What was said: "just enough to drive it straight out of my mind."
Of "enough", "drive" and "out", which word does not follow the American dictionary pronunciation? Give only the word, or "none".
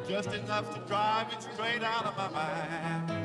none